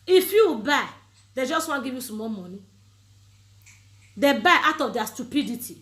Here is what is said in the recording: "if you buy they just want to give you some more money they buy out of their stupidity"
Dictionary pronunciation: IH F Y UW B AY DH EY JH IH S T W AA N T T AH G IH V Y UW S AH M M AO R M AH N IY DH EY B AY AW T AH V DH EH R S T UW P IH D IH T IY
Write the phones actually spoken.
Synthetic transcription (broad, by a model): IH F Y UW B AY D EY JH IH S T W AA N G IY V Y UW S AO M M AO L M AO N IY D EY B AY AW T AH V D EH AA S T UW P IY D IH T IY